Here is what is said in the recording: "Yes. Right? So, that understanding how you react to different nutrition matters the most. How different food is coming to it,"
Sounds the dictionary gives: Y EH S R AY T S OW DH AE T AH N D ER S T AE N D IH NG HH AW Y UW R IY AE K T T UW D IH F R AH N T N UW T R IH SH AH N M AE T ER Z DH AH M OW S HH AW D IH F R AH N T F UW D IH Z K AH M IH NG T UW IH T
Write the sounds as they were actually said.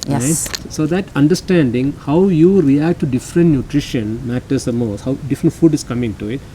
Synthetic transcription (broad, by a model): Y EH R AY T S OW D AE T AH N D ER S T AE N D IH NG HH AW Y UW R IY AE K T T UW D IH F R AH N T N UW T R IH SH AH N M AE T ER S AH M OW S HH AW D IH F R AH N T F UW D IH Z K AH M IH NG T UW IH T